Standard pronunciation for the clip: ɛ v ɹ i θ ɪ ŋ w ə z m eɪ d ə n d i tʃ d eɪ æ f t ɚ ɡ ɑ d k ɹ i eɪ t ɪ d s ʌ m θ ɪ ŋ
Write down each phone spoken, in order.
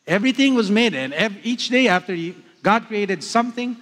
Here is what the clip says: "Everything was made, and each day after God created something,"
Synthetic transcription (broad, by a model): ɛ v ɹ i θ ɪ ŋ w ə z m eɪ d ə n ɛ i tʃ d eɪ æ f t ɚ ɡ ɑ d k ɹ i eɪ t ɪ d s ʌ m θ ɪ ŋ